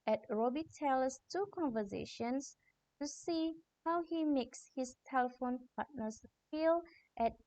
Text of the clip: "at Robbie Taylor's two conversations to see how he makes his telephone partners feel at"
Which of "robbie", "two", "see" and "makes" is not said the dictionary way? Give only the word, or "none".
none